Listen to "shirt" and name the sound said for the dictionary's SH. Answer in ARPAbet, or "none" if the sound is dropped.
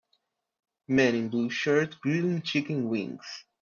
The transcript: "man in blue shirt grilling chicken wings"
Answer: SH